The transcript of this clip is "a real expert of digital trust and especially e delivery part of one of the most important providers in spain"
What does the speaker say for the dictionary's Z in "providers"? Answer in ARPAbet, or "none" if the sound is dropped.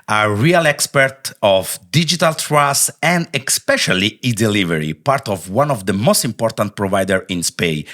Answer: none